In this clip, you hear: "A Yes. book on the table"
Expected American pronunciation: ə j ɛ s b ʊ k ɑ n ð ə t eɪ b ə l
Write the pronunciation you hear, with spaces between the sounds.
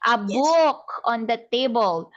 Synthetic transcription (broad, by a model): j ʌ b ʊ k ɑ n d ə t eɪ b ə l